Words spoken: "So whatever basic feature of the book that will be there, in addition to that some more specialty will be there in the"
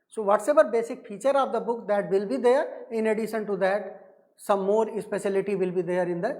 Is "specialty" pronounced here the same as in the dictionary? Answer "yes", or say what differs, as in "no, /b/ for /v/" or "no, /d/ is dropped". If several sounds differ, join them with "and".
no, /s/ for /ʃ/